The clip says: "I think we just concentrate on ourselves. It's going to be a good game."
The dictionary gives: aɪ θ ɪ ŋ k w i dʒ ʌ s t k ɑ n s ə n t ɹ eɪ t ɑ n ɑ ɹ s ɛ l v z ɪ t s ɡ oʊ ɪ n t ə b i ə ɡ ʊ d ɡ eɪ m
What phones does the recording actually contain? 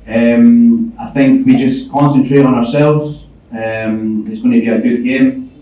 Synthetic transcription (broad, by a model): aɪ θ ɪ ŋ k w i dʒ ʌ s k ɑ n s ə n t ɹ eɪ t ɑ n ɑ ɹ s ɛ l v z ɪ t s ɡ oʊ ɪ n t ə b i ə ɡ ʊ d ɡ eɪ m